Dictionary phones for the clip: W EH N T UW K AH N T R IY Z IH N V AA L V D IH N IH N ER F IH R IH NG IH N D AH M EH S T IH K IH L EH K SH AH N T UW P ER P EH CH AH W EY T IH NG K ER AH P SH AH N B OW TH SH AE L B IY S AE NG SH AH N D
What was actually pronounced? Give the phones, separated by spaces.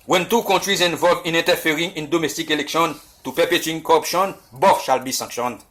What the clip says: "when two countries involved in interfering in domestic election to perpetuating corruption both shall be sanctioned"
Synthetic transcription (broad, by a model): W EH N T UW K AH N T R IY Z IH N V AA L V IH N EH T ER F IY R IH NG IH N D AH M EH S T IH K IH L EH K SH AH N T UW P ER P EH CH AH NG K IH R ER P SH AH N B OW F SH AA L B IY S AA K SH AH N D